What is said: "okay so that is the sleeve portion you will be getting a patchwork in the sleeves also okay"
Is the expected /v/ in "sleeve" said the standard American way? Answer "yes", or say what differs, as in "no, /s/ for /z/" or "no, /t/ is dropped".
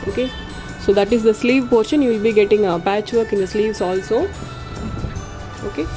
yes